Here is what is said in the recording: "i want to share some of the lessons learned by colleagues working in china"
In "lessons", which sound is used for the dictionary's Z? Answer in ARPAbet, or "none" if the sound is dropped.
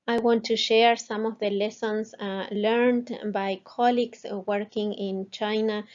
S